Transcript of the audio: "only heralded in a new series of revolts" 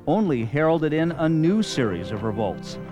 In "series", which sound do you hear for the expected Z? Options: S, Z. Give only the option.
Z